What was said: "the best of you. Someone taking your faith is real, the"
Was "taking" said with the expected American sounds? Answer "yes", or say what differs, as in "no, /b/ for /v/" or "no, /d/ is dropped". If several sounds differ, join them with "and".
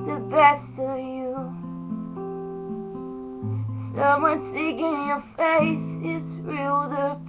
no, /s/ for /t/